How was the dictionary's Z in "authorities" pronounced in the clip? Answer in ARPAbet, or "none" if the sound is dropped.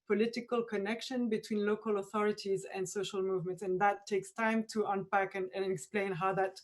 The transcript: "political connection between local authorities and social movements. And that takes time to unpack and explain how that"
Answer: Z